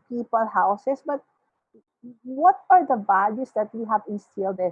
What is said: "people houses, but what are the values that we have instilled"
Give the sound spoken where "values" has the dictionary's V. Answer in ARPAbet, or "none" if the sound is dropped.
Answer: B